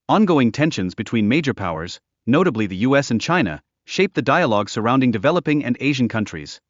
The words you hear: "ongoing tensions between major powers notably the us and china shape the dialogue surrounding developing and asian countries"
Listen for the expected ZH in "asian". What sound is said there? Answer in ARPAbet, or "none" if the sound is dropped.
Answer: ZH